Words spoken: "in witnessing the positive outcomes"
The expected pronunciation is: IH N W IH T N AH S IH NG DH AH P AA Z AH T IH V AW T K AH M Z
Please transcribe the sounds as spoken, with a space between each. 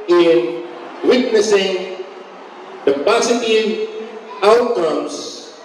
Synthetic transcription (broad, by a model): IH N W IH T N AH S IH NG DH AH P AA S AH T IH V AW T K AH M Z